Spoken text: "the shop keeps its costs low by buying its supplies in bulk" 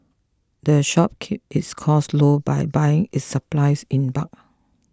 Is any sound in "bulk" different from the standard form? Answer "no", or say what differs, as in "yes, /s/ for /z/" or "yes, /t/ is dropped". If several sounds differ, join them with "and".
yes, /l/ is dropped